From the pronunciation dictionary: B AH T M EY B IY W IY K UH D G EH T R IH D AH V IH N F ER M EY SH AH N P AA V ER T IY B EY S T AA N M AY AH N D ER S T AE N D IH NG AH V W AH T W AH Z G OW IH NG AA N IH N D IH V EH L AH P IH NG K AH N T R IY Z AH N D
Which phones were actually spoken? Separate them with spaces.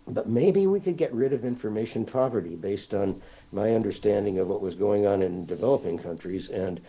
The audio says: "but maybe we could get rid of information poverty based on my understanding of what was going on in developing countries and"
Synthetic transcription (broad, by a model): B AH T M EY B IY W IY K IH D G EH T R IH D AH V IH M F ER M EY SH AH N P AA V ER T IY B EY S T N M AY AH N D ER S T AE N D IH NG AH V W AH T W AH Z G OW IH NG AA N IH N D IH V EH L AH P IH NG K AH N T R IY Z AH N